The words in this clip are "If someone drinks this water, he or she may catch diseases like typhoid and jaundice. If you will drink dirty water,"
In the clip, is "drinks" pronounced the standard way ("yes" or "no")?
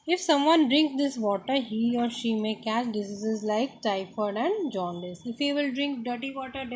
yes